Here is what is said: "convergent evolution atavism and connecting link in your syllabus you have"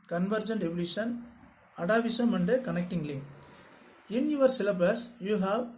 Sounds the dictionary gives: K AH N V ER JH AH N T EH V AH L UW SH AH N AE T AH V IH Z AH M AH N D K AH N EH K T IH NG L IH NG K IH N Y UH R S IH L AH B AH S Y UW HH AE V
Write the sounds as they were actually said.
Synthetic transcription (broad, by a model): K AH N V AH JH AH N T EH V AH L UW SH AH N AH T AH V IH S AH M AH N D K AH N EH K T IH NG L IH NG IH N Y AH R S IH L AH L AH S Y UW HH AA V